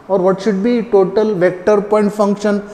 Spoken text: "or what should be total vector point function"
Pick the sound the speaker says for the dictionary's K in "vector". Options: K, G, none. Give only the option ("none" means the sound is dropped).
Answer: K